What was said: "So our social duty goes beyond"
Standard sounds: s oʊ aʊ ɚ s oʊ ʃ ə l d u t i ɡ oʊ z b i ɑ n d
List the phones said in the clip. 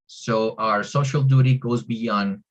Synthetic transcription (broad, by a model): s oʊ aʊ ɚ s oʊ ʃ ə l d u t i ɡ oʊ z b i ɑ n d